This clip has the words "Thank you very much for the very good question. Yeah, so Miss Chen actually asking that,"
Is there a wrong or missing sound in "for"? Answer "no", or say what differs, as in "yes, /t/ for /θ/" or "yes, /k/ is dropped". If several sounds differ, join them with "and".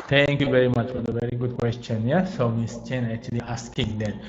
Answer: no